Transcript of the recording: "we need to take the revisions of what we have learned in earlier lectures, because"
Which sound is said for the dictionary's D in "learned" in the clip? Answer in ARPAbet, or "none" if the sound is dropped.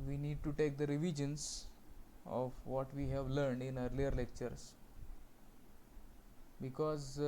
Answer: D